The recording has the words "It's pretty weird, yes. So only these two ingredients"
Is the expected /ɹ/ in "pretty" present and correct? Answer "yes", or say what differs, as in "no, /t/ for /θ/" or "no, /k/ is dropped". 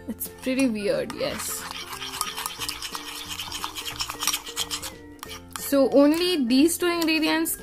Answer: yes